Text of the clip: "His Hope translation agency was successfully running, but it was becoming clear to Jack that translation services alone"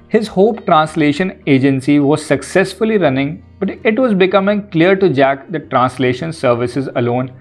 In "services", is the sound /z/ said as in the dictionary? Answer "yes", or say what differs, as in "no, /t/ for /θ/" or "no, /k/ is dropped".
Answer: yes